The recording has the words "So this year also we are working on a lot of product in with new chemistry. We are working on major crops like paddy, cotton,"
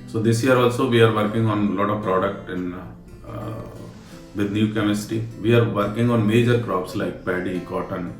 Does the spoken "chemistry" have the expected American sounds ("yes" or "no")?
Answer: no